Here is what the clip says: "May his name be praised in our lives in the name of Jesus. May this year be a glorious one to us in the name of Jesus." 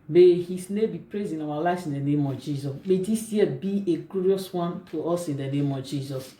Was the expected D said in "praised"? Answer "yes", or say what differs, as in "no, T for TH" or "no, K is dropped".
no, D is dropped